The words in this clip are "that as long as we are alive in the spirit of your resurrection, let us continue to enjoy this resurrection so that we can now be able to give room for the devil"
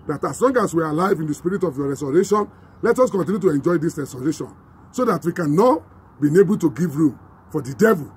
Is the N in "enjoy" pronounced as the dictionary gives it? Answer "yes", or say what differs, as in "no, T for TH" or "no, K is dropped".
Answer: yes